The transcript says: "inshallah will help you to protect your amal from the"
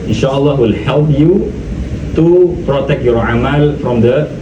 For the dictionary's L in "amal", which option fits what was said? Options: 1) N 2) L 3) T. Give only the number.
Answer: 2